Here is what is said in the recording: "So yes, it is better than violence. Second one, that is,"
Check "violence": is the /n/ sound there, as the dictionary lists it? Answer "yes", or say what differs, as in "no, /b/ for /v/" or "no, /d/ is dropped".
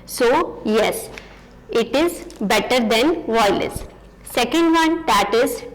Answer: no, /n/ is dropped